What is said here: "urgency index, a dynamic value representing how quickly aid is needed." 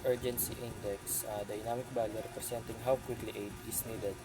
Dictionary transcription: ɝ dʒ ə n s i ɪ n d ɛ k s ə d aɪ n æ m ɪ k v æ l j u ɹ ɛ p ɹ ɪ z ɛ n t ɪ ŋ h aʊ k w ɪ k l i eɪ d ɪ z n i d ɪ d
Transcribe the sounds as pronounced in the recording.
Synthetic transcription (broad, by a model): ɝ dʒ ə n s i ɪ n d ɛ k s ə d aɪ n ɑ m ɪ k b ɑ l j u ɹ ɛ p ɹ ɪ s ɛ n t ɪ ŋ h aʊ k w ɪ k l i eɪ d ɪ s n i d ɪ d